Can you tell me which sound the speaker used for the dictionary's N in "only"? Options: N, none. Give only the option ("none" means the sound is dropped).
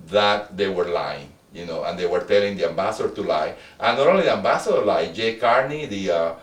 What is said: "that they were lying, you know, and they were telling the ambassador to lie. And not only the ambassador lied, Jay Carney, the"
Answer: none